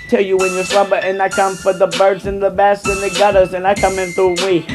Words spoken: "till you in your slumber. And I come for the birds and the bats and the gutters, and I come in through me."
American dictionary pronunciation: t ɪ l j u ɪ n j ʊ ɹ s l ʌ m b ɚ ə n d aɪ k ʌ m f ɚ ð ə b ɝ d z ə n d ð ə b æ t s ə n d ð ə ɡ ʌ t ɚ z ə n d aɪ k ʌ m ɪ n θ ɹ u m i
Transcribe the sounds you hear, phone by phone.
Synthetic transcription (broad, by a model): t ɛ l j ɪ ɪ n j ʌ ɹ s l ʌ b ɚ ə n aɪ k ʌ m f ɚ ð ə b ɝ d z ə n ð ə b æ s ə n ð ə ɡ ʌ t ɚ z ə n aɪ k ʌ m ɪ n θ ɹ u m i